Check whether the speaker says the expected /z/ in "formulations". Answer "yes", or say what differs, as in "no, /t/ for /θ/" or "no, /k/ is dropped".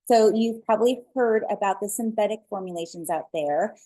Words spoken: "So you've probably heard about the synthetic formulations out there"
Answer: yes